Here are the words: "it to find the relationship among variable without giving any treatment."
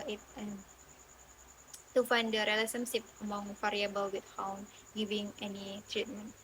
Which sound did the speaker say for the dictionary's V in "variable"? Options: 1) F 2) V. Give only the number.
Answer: 1